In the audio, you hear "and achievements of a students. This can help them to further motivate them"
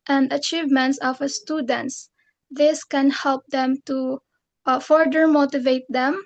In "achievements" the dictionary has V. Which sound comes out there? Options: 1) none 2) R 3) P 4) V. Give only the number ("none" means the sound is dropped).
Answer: 4